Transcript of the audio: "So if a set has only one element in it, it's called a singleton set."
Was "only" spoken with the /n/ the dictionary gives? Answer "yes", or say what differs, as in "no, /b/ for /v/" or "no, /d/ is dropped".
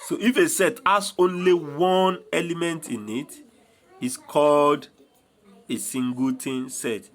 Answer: yes